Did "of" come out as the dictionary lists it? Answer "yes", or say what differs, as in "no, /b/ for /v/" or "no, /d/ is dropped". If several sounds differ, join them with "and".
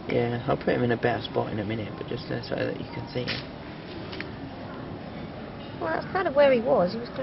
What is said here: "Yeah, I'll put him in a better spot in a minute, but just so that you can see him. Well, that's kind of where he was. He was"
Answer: yes